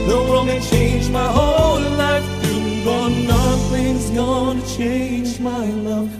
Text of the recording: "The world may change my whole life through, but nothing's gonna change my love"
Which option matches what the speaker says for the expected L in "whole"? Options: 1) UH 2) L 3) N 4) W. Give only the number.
2